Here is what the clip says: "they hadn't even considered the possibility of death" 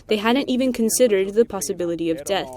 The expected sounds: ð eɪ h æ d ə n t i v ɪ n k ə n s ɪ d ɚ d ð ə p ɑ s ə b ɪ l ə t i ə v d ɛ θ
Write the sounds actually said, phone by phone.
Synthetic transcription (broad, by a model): ð eɪ h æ d n t i v ɪ n k ə n s ɪ d ɚ d ð ə p ɑ s ə b ɪ l ə t i ə v d ɛ θ